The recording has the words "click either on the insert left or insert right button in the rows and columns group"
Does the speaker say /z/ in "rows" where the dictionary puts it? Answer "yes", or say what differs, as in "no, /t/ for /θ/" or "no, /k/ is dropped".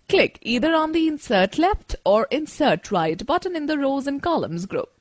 yes